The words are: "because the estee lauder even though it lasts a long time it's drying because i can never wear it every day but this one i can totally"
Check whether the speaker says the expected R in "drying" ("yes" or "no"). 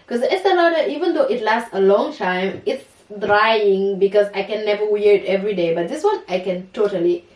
yes